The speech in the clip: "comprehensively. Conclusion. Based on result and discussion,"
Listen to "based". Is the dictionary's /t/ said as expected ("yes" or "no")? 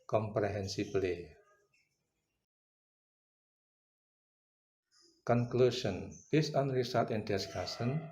no